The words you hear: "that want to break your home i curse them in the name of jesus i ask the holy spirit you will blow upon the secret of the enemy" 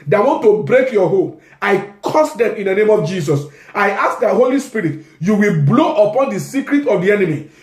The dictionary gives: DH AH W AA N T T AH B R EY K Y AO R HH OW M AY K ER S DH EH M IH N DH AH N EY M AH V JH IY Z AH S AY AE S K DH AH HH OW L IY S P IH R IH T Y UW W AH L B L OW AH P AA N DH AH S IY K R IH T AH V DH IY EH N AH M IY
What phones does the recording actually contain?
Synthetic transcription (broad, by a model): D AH W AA N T T AH B R EY K Y AO HH OW M AY K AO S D EH M IH N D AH N EY M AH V JH IY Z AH S AY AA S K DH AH HH OW L IY S P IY R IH T Y UW W AH L B L OW AH P AA N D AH S IY K R IH T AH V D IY EH N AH M IY